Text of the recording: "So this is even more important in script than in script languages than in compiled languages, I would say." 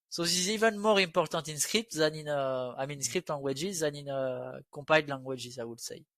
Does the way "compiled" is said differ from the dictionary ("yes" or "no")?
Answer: yes